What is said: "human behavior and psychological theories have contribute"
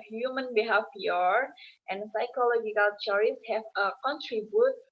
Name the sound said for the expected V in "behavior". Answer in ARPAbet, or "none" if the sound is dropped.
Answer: F